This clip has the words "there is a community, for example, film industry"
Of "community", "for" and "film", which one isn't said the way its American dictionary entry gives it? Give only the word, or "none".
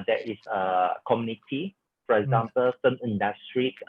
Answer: film